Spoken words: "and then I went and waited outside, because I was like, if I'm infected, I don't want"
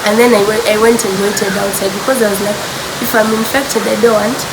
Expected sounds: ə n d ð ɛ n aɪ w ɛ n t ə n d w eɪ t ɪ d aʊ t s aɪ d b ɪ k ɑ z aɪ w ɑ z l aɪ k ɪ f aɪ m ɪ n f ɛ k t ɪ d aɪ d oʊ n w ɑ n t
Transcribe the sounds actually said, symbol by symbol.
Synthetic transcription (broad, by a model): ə n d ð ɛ n aɪ w ɛ n t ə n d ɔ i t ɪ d aʊ t s aɪ d b ɪ k ɑ z aɪ w ɑ z l aɪ k ɪ f aɪ m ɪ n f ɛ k t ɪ d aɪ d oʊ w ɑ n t